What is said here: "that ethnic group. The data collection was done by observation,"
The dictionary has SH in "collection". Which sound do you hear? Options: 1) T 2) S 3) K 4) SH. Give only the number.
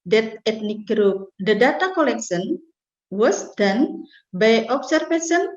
2